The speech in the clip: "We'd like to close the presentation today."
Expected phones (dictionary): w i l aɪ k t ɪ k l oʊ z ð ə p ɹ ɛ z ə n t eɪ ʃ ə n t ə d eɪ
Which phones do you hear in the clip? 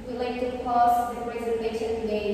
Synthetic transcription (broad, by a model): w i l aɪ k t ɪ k oʊ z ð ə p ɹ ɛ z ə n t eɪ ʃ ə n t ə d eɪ